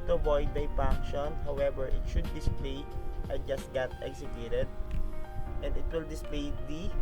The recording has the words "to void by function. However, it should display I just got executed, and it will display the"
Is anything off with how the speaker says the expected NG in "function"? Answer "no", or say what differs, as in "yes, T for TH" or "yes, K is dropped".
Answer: yes, NG is dropped